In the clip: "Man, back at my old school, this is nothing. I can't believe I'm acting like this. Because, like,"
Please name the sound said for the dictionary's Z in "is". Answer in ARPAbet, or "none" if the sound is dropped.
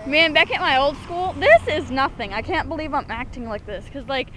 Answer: Z